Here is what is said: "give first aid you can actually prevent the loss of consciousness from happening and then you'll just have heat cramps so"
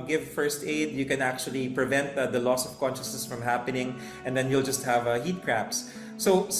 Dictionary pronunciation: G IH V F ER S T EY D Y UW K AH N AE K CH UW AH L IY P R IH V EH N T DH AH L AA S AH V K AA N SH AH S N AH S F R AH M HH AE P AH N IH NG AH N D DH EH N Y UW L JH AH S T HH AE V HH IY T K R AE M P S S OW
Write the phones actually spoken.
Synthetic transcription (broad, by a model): G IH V F ER S T EY D Y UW K AH N AE K CH UW AH L IY P R IH V EH N T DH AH L AA S AH V K AA N SH AH S N AH S F R AH M HH AE P AH N IH NG AH N D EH N Y UW L JH AH S T HH AE V HH IY T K R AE P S S OW